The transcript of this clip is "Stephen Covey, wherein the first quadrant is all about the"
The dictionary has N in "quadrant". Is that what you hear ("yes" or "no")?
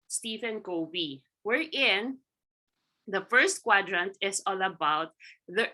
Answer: yes